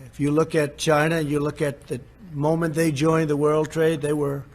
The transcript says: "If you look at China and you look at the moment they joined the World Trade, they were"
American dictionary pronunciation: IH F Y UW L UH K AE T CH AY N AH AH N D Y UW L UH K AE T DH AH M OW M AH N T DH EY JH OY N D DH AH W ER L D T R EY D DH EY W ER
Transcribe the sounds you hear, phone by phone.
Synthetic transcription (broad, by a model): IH F Y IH L UH K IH T CH AY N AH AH N Y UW L UH K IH T DH AH M OW M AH N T DH EY JH OY N DH AH W ER L D T R EY D DH EY W ER